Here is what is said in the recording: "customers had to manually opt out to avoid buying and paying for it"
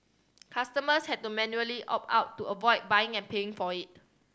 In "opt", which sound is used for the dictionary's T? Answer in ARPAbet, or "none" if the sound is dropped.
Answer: none